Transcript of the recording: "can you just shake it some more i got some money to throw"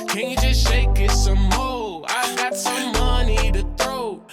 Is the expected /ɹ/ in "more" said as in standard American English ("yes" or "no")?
no